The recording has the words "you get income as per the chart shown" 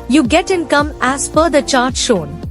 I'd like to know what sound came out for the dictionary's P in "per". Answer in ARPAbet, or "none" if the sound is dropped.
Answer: F